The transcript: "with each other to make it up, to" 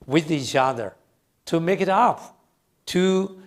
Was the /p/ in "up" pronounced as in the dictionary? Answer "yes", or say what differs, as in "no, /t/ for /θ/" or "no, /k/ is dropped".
no, /f/ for /p/